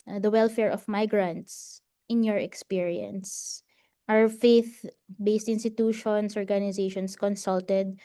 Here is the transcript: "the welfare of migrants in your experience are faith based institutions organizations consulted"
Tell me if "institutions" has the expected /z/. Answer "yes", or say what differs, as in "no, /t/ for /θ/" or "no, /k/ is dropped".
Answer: no, /s/ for /z/